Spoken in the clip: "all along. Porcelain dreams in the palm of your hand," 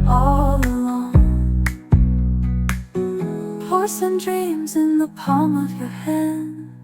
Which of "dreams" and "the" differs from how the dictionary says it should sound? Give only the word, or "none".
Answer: none